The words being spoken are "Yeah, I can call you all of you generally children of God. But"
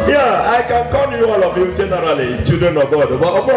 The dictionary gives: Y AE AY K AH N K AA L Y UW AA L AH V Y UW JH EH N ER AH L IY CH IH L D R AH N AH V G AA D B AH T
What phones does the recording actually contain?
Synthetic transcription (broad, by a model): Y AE AY K AH N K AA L Y UW AA L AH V Y UW JH EH N ER AH L IY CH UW D AH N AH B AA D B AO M